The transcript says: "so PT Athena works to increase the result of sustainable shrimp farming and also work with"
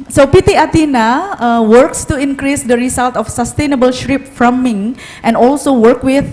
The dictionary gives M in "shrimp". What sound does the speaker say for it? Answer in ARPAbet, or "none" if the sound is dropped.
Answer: none